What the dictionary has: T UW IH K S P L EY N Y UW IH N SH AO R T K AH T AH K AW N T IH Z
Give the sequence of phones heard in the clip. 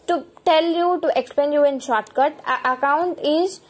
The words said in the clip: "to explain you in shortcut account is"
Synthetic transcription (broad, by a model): T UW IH K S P EY N Y UW IH N SH AO R T K AH T AH K AW N T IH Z